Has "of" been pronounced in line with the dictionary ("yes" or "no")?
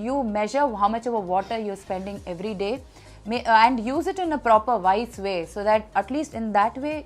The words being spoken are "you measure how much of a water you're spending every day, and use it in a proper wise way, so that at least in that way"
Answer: yes